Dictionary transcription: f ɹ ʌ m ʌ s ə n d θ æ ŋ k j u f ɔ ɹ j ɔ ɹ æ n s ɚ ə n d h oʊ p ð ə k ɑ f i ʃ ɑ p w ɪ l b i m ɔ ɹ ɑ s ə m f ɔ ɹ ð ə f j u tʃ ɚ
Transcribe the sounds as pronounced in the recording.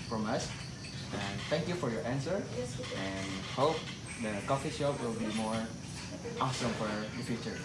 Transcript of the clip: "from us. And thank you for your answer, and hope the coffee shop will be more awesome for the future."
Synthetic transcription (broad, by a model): f ɹ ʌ m ʌ s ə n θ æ ŋ k j u f ɔ ɹ j ɔ ɹ æ n s ɚ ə n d h oʊ p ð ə k ɑ f i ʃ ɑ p w ɪ l b i m ɔ ɹ ɑ s ə m f ɔ ɹ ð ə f j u tʃ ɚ